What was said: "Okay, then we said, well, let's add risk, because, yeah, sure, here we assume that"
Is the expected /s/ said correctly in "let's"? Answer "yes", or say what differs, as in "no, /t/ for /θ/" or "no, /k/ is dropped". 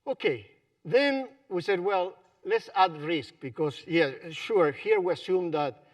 yes